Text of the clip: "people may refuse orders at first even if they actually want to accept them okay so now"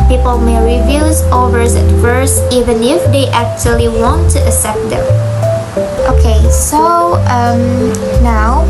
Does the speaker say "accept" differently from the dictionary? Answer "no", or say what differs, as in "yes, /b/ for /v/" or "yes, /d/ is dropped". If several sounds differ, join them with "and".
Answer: yes, /k/ is dropped